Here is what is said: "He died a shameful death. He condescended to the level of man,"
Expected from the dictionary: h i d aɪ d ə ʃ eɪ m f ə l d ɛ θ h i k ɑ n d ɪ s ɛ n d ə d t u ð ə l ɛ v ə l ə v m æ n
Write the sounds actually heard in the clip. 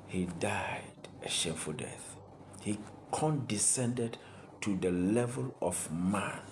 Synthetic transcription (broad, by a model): h i d aɪ d ə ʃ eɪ f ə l d ɛ θ h i k ɑ n d ɪ s ɛ n d ə d t u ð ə l ɛ v ə l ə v m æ n